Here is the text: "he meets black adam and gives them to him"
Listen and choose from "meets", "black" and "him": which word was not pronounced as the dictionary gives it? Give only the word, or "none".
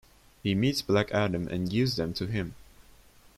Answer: none